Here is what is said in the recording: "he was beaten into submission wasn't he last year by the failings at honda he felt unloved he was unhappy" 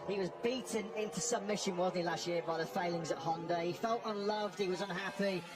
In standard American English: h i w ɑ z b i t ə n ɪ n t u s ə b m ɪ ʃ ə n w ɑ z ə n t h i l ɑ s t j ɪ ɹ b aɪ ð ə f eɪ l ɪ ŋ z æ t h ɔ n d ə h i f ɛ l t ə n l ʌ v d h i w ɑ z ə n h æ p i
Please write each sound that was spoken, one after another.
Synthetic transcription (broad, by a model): h i w ɑ z b i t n ɪ n t u s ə m ɪ ʃ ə n w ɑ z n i l ɑ s t j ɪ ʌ b aɪ ð ə f eɪ l ɪ ŋ z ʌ t h ɔ n d ə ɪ i f ɛ l t ə n l ʌ v d h i w ɑ z ə n h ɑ p i